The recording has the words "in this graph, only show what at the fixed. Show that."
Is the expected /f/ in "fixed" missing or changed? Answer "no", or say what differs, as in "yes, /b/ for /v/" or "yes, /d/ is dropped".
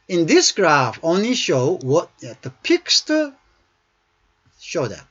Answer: yes, /p/ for /f/